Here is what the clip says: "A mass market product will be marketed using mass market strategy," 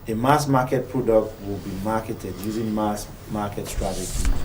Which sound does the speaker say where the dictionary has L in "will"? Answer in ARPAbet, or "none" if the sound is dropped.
L